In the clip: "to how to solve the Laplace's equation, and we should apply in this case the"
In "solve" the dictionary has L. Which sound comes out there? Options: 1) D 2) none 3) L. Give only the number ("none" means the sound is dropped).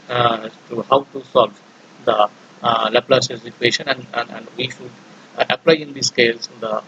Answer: 3